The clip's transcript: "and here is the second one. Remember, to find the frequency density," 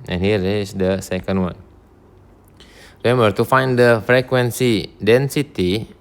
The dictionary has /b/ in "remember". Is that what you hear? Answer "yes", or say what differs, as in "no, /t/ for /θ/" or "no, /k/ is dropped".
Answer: no, /b/ is dropped